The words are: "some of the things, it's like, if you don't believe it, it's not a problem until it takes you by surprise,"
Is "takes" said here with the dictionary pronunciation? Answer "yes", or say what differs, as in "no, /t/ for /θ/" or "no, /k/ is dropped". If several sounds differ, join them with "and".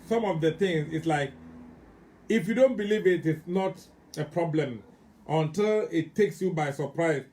yes